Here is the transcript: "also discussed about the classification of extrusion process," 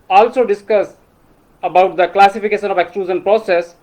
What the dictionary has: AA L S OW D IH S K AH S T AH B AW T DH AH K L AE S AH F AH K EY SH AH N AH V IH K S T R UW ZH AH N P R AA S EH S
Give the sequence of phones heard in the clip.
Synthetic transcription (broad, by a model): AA L S OW D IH S K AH S AH B AW T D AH K L AE S AH F AH K EY SH AH N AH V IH K S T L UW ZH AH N P R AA S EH S